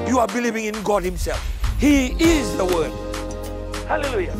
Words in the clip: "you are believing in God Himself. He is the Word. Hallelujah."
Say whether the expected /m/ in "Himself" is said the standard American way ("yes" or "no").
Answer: yes